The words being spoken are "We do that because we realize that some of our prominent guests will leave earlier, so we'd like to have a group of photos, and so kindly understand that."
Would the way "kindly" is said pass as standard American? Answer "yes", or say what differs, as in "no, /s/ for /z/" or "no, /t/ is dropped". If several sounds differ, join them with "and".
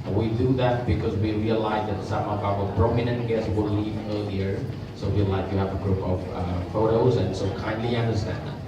yes